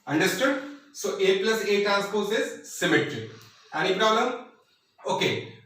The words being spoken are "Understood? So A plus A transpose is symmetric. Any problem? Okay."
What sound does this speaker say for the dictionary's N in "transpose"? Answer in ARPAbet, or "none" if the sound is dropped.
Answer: none